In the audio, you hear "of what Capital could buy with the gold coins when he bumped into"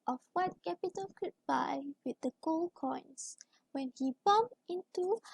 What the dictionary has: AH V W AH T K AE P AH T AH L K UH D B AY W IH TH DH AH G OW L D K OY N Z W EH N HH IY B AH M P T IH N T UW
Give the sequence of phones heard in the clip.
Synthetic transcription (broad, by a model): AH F W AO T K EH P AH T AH N K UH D B AY W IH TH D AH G OW L K OY N S W EH N HH IY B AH M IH N T UW